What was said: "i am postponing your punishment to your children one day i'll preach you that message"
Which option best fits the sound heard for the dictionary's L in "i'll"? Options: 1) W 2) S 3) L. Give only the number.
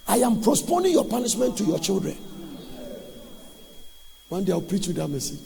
1